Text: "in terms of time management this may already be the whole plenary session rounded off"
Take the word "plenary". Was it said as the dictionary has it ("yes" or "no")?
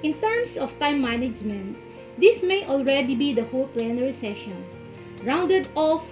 yes